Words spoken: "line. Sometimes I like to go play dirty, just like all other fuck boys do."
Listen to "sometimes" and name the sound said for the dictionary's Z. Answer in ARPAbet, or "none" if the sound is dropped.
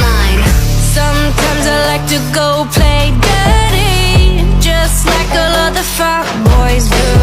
Z